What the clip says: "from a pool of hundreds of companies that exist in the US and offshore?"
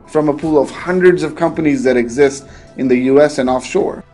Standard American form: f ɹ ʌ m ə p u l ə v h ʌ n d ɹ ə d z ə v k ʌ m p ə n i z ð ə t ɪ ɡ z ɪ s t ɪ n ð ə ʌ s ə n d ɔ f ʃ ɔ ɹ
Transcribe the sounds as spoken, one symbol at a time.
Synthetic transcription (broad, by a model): f ɹ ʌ m ə p u l ə v h ʌ n d ɹ ə d z ə v k ʌ m p ə n i z ð ə t ɪ ɡ z ɪ s t ɪ n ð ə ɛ s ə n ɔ f ʃ ɔ ɹ